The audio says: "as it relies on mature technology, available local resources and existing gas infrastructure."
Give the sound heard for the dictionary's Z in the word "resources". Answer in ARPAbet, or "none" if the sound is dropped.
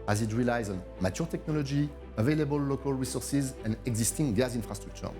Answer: Z